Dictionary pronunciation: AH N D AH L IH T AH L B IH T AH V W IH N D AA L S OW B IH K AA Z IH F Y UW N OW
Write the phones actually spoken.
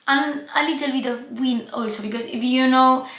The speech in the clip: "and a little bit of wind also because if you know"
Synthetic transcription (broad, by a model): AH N AH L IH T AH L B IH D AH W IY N AA L S OW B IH K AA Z IH F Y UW N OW